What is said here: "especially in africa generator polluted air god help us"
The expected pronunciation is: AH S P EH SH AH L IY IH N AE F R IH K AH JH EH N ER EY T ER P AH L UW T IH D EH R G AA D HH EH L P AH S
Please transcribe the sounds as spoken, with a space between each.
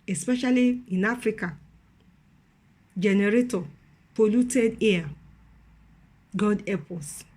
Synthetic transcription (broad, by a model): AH S P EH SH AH L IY IH N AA F R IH K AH JH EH N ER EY T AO P AH L UW T IH D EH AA G AA D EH P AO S